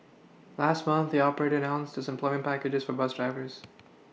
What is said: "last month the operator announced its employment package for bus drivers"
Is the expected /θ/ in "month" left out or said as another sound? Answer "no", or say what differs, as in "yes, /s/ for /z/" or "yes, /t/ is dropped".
no